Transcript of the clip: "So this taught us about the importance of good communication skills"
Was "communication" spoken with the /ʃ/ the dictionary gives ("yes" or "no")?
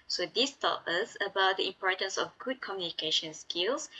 yes